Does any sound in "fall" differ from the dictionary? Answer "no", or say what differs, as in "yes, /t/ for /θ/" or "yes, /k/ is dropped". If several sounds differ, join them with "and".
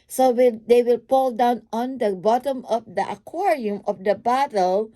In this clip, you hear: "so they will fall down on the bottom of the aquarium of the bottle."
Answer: yes, /p/ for /f/